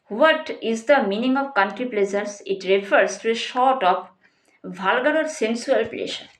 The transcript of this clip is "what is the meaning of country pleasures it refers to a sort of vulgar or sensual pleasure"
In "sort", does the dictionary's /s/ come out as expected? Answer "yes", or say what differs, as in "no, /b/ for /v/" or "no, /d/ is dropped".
no, /ʃ/ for /s/